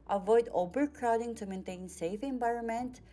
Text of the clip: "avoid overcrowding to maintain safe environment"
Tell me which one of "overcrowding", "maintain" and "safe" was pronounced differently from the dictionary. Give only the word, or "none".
overcrowding